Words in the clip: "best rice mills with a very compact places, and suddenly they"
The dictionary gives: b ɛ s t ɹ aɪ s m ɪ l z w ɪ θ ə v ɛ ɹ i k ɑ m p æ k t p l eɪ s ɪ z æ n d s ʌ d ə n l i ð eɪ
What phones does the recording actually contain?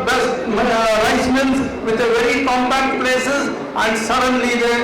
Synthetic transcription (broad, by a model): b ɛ s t ɹ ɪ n m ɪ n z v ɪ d ə v ɛ ɹ i k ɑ m b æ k t p l eɪ s ɪ z æ n d s ʌ d ə n l i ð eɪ